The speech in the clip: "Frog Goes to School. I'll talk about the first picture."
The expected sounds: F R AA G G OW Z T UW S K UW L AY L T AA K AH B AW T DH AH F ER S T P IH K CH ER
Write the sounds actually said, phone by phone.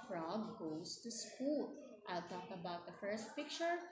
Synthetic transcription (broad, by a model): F R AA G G OW S T UW S K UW L AY L T AA K AH B AW T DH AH F ER S T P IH K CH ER